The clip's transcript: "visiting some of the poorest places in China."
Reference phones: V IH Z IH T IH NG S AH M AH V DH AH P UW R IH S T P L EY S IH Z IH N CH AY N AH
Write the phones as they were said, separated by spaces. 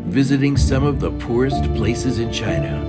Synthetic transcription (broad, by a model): V IH Z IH T IH NG S AH M AH V DH AH P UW R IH S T P L EY S IH Z IH N CH AY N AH